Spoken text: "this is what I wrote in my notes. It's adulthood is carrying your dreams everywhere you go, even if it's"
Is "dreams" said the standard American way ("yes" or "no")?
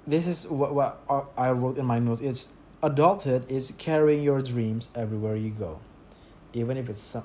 yes